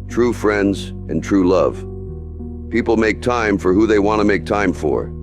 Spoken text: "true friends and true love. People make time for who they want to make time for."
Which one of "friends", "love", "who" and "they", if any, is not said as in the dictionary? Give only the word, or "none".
none